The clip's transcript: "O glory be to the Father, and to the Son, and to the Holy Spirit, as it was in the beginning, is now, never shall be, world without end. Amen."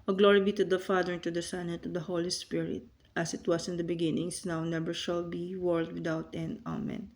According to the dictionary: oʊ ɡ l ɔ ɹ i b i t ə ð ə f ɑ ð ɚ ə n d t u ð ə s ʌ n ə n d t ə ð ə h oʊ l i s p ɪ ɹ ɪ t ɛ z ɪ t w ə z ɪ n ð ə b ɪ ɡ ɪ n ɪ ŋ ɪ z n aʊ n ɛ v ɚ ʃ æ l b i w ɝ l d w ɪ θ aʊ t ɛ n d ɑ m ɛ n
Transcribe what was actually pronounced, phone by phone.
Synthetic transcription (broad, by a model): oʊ ɡ l ɔ ɹ i b i t ə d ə f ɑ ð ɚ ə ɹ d t u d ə s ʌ n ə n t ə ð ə h oʊ l i s p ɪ ɹ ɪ t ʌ s ɪ t w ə s ɪ n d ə b ɪ ɡ ɪ n ɪ ŋ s n aʊ n ɛ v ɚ ʃ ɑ l b i w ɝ l d w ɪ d aʊ t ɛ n ɑ m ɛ n